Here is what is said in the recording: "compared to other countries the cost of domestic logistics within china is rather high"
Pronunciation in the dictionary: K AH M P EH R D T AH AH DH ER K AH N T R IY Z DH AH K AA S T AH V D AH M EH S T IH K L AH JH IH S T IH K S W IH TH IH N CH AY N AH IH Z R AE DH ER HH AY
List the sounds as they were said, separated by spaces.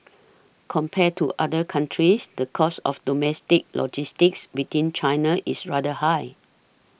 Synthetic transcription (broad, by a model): K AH M P EH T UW T AH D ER K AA N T R IY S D AH K AA S AH F D AH M EH S T IH K L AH JH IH S T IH K S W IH T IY N CH AY N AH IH S R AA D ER HH AY